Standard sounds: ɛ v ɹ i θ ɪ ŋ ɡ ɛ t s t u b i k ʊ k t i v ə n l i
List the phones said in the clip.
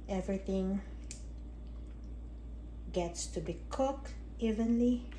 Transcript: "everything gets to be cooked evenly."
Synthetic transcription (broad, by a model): ɛ v ɹ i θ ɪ ŋ ɡ ɛ t s t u b i k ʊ k i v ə n l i